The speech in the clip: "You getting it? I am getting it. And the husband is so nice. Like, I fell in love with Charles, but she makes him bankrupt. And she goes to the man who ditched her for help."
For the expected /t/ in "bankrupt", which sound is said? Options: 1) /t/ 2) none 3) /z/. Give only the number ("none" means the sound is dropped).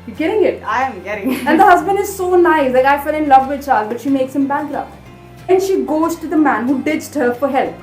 2